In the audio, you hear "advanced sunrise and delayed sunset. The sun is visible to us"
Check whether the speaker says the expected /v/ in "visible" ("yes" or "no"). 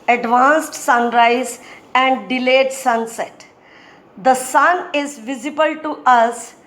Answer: yes